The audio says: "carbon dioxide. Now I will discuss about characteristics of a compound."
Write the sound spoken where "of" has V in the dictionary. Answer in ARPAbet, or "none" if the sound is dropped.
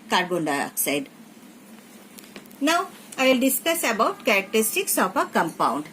P